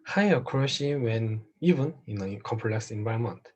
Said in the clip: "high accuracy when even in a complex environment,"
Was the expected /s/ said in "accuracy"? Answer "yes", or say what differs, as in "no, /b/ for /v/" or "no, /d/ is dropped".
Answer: no, /ʃ/ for /s/